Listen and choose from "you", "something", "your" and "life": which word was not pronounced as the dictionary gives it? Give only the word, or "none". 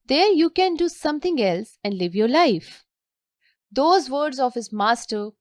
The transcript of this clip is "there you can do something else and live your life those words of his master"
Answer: something